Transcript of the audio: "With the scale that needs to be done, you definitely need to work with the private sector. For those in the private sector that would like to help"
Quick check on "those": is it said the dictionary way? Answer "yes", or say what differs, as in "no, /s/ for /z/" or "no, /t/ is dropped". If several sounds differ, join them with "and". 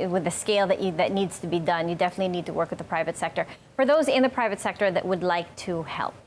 yes